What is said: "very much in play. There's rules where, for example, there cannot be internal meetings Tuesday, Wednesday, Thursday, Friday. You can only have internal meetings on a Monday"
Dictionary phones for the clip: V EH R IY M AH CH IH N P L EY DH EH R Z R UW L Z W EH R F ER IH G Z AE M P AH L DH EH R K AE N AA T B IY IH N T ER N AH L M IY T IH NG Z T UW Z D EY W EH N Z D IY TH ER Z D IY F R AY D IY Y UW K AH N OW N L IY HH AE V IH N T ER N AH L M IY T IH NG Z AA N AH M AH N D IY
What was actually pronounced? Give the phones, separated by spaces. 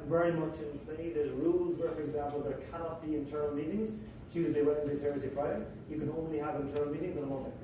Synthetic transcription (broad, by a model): V EH R IY M AH CH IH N P L EY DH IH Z R UW L Z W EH R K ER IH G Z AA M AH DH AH R K AE N AA T B IY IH N T ER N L M IY T IH NG Z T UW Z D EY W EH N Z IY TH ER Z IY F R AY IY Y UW K AH N OW N L IY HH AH V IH N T ER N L M IY T IH NG Z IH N AH M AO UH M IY